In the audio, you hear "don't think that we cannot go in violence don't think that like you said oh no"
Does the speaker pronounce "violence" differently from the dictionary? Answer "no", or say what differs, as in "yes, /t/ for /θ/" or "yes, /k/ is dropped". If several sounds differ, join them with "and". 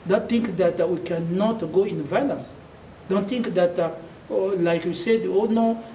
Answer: yes, /n/ is dropped